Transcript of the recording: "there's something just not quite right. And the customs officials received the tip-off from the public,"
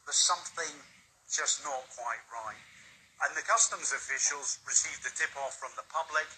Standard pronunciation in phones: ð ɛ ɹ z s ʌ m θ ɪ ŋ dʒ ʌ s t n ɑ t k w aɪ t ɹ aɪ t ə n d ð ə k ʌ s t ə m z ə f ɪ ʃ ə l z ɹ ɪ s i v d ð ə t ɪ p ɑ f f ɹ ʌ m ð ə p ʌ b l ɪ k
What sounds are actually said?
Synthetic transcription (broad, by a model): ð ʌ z s ʌ m θ ɪ ŋ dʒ ʌ s n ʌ t k w aɪ t ɹ aɪ t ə n ð ə k ʌ s t ə m z ə f ɪ ʃ ə l z ɹ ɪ s i v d ð ə t ɪ p ɑ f f ɹ ʌ m ð ə p ʌ b l ɪ k